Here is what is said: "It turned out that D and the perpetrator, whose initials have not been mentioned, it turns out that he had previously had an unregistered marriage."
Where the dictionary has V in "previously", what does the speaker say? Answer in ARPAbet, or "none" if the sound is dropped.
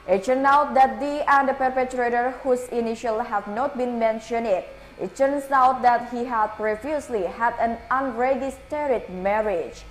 F